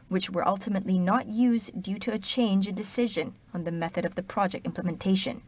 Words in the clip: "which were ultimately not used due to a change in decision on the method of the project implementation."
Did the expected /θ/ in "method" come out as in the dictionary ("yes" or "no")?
yes